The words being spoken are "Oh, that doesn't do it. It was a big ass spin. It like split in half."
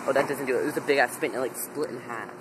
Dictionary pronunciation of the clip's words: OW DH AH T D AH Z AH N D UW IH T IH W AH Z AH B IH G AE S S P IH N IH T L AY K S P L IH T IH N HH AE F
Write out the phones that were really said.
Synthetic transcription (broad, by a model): OW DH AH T D AH Z AH N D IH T IH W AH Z AH B IH G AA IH S P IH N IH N L AY K S P L IH T N HH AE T